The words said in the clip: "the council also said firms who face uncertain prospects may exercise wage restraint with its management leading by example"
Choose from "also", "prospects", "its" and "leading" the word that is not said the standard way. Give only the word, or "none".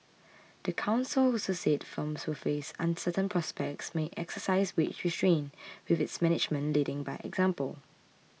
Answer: also